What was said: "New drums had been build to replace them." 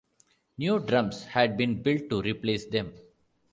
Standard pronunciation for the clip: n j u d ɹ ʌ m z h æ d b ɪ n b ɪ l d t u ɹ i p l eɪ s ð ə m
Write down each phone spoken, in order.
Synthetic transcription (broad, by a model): n j u d ɹ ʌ m s h æ d b ɪ n b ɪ l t t u ɹ i p l eɪ s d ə m